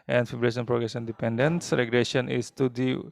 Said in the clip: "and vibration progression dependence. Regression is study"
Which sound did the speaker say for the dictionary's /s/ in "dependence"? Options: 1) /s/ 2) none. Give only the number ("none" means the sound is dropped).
1